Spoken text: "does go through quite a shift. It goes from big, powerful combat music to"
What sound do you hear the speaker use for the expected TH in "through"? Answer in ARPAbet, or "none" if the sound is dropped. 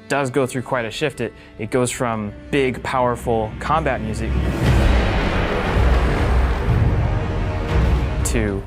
TH